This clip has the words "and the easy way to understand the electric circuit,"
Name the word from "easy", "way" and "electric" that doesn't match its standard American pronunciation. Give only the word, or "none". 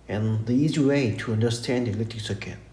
electric